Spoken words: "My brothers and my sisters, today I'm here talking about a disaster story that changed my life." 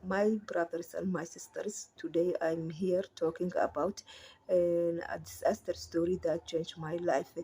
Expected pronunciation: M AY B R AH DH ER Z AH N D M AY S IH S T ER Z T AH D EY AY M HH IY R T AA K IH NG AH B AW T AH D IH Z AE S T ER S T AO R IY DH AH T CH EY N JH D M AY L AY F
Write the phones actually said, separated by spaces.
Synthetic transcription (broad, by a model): M AY B R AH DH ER S AH N D M AY S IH S T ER S T AH D EY AY M HH IY R T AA K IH NG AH B AW T AH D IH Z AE S T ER S T AO R IY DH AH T CH EY N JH M AY L AY F